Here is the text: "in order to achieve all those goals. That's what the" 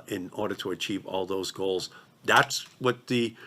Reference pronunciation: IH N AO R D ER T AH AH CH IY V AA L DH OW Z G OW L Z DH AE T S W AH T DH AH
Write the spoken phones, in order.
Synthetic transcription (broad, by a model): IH N AO R D ER T AH AH CH IY V AA L DH OW Z G OW L Z DH AE T S W AH T DH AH